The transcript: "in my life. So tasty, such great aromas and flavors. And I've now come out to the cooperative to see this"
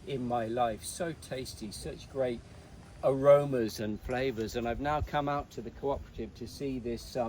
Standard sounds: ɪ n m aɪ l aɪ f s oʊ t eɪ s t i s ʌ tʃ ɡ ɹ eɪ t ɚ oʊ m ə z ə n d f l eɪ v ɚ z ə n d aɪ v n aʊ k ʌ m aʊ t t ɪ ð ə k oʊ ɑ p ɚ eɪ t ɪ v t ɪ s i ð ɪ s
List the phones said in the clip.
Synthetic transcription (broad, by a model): ɪ n m aɪ l aɪ f s oʊ t eɪ s t i s ʌ tʃ ɡ ɹ eɪ t ɚ oʊ m ə z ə n f l eɪ v ɚ z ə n aɪ v n aʊ k ʌ m aʊ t t ɪ ð ə k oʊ ɑ p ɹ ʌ t ɪ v t ɪ s i ð ɪ s